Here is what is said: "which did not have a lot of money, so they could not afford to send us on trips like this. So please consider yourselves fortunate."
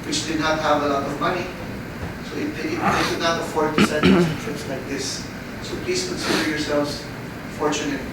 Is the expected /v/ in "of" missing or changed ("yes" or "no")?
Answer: no